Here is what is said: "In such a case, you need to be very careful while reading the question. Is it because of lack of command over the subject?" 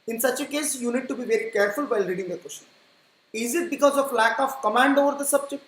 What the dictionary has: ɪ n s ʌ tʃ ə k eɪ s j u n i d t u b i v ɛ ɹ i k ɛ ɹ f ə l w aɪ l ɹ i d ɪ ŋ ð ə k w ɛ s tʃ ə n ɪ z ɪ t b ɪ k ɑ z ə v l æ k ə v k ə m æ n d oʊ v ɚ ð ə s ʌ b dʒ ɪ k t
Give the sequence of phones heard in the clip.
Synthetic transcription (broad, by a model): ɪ n s ʌ tʃ ə k eɪ s j u n i d t u b i v ɛ ɹ i k ɛ ɹ f ə l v aɪ l ɹ i d ɪ ŋ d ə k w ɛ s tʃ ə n ɪ z ɪ t b ɪ k ɑ z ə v l æ k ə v k ə m æ n d oʊ v ɚ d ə s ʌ b dʒ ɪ k t